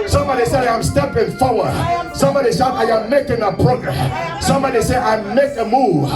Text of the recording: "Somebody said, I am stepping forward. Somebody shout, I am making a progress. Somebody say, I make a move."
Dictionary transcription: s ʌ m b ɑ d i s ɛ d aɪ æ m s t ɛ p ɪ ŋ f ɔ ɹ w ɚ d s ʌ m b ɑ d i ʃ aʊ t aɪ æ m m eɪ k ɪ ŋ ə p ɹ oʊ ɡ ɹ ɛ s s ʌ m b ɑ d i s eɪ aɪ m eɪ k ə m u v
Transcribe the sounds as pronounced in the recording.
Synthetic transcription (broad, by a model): s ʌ m b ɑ d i s ɛ d aɪ m s t ɛ p ɪ ŋ f ɔ ɹ w ɚ d s ʌ m b ɑ d i s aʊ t aɪ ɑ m m eɪ k ɪ ŋ ə p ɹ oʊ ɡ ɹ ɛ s s ʌ m b ɑ d i s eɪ aɪ m eɪ k ə m u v